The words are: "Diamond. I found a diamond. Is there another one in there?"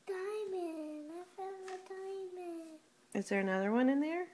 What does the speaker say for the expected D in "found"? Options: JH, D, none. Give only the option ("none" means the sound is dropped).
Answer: none